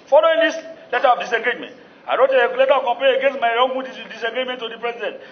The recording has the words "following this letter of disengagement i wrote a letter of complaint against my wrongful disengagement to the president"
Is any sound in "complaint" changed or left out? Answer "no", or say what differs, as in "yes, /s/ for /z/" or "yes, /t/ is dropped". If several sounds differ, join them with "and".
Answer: yes, /l/ is dropped